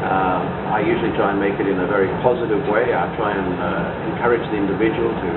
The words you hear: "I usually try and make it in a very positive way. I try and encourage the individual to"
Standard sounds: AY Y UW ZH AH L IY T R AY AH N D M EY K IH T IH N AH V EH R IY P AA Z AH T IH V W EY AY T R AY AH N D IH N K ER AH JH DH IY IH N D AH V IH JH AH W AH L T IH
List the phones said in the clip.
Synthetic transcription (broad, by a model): AY Y UW ZH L IY T R AY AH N M EY K IH T IH N AH V EH R IY P AA Z AH T IH V W EY AY T R AY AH N IH N K ER AH JH DH IY IH N D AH V IH JH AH W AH L T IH